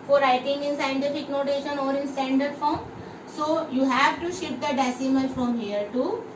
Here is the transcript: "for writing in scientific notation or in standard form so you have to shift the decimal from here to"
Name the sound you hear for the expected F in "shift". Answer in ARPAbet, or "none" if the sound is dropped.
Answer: none